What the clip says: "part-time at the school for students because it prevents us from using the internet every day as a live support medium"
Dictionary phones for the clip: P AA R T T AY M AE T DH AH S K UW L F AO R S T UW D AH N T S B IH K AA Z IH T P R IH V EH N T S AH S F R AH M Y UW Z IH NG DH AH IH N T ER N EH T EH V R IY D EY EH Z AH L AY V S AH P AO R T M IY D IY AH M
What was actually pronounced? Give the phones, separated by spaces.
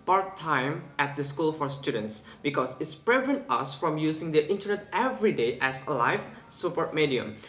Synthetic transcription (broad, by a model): P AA R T T AY M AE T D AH S K UW L F AO R S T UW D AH N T S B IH K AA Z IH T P R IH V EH N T AH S F R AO M Y UW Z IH NG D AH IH N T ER N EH T EH V R IY D EY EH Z L AY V S AH P AO R T M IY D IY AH M